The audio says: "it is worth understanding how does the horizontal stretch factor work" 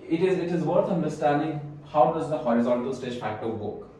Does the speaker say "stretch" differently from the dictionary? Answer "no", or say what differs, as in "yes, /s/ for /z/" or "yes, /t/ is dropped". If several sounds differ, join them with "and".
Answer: yes, /ɹ/ is dropped